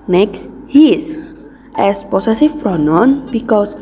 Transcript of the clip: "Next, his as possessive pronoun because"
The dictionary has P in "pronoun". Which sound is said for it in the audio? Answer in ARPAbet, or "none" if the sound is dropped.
F